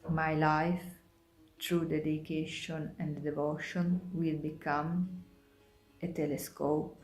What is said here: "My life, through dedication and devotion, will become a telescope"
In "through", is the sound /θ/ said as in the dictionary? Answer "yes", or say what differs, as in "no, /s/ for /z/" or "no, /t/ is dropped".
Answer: no, /t/ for /θ/